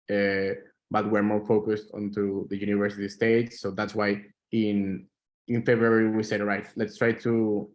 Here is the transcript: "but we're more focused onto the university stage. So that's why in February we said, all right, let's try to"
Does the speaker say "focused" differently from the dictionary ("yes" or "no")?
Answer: no